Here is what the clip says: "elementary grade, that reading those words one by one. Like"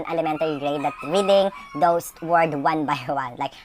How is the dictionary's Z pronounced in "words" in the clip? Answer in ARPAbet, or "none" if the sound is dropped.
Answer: none